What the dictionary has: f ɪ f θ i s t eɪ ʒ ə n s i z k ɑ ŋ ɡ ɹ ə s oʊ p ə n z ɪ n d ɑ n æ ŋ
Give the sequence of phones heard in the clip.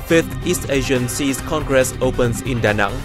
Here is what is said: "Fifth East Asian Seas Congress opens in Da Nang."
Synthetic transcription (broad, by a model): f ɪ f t i s t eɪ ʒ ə n s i s k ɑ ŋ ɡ ɹ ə s oʊ p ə n s ɪ n d ɑ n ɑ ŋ